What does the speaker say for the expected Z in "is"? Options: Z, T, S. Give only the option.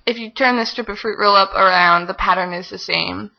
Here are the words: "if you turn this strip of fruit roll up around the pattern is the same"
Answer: Z